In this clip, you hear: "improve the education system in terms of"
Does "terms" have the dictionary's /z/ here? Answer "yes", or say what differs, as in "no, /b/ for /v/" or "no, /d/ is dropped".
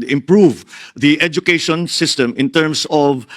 no, /s/ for /z/